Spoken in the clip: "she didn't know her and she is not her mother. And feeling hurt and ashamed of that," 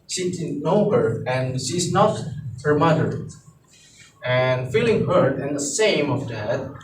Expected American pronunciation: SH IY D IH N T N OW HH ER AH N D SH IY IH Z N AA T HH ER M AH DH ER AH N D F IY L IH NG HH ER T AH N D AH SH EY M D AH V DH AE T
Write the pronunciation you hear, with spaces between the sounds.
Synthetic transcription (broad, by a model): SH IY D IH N N OW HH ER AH N SH IY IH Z N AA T HH ER M AH DH ER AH N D F IY L IH NG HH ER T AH N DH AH S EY M AH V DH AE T